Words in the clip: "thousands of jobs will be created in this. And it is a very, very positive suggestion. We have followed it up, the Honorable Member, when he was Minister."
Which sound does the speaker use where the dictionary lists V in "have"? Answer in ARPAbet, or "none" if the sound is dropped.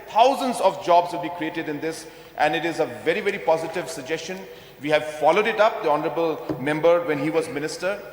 V